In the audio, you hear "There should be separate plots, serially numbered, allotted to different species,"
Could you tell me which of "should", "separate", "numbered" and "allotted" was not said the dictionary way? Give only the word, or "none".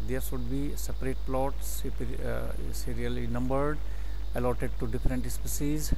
should